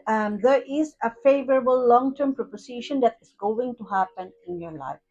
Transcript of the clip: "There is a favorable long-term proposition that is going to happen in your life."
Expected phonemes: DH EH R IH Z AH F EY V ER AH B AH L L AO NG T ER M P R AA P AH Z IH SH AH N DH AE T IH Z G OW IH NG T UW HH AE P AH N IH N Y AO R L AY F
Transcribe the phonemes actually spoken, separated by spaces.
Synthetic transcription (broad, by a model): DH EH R IH Z AH F EY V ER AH B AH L L AO NG T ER M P R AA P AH S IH SH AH N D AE T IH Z G OW IH NG T UW HH AE P AH N IH N Y AO R L AY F